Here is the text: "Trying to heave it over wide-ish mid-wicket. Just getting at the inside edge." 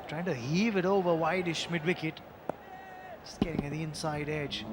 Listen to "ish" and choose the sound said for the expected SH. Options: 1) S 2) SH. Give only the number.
2